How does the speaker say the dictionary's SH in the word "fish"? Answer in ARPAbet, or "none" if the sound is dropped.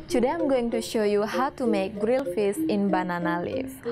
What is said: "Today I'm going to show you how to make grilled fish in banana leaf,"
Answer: S